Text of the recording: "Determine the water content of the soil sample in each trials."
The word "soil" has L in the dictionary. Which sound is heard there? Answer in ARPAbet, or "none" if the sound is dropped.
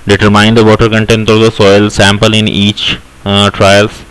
L